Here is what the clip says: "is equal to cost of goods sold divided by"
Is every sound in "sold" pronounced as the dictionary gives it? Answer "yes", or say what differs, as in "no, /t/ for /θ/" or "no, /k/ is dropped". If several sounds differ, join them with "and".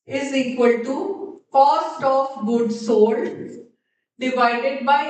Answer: no, /l/ is dropped